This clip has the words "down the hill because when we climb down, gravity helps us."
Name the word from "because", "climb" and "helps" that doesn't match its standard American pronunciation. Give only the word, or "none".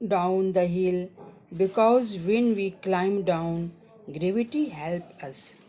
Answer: helps